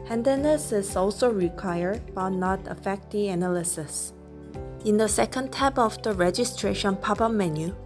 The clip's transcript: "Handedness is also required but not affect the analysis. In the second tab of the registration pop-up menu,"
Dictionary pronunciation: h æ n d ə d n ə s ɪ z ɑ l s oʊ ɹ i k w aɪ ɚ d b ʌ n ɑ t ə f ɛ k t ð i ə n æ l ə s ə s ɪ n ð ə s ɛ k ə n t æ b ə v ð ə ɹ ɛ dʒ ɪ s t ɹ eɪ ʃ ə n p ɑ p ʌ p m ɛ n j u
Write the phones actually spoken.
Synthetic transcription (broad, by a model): h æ n d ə n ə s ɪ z ɑ l s oʊ ɹ i k w aɪ ɚ d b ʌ n ɑ t ə f ɛ k t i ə n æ l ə s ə s ɪ n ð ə s ɛ k ə n t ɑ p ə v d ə ɹ ɛ dʒ ɪ s t ɹ eɪ ʃ ə n p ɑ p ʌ m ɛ n j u